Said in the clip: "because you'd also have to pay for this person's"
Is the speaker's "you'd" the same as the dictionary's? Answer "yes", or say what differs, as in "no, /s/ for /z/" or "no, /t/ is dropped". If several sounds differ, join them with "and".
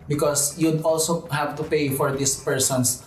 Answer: yes